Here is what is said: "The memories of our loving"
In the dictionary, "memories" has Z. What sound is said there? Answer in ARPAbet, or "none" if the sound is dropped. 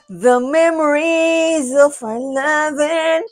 Z